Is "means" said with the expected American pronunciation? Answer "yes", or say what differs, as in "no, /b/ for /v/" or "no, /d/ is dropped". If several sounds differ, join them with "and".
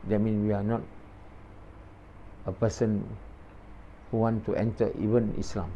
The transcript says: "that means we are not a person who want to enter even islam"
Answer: no, /z/ is dropped